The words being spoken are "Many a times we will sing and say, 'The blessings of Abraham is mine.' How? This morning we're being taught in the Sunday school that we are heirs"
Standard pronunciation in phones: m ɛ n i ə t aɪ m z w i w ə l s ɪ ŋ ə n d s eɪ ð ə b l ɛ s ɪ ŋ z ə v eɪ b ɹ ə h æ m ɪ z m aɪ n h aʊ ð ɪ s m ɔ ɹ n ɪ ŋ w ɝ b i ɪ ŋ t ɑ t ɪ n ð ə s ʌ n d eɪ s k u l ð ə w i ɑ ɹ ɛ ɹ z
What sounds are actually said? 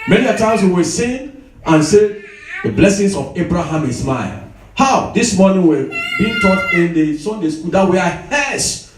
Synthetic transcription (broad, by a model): m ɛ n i ə t aɪ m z w i w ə s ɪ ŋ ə n s eɪ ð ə b l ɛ s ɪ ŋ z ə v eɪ b ɹ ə h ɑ m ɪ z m aɪ l h aʊ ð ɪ s m ɔ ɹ n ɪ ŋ w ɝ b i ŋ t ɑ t ɪ n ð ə s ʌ n d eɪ s k u l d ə w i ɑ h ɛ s